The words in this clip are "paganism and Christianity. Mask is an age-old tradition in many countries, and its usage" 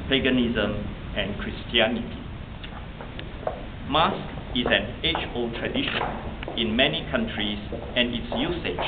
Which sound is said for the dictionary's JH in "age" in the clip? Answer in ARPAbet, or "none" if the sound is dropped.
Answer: CH